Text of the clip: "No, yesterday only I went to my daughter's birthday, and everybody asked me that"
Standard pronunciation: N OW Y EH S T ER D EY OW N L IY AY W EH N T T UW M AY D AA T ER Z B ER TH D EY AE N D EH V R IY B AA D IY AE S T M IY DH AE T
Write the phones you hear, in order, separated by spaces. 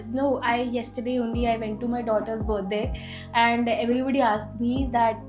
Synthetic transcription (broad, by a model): N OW Y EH S T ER D EY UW N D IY AY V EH N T T UW M AY D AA T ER S B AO T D EY AE N D EH V R IY B AA D IY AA S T M IY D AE T